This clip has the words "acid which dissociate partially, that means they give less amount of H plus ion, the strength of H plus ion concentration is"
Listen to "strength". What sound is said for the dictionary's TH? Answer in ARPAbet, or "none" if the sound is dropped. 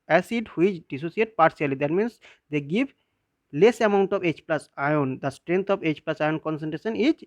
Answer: T